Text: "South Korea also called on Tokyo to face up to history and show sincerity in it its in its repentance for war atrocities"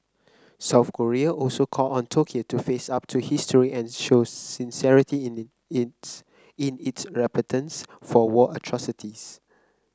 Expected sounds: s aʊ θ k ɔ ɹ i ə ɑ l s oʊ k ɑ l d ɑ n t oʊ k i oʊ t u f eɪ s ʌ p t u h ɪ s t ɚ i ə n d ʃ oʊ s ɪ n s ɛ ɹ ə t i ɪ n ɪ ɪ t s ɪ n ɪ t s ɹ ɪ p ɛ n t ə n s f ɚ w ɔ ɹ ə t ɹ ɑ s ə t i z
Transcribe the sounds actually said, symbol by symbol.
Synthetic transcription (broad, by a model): s aʊ θ k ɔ ɹ i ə ɑ l s oʊ k ɑ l ɑ n t oʊ k i oʊ t u f eɪ s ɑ p t u h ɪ s t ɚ i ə n ʃ oʊ s ɪ n s ɛ ɹ ə t i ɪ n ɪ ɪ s ɪ n ɪ t s ɹ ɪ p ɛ t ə n s f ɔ w ɔ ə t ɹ ɑ s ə t i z